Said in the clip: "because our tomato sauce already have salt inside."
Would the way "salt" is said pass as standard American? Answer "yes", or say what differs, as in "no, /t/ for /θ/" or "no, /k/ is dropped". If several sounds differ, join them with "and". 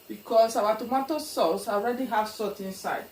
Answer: no, /l/ is dropped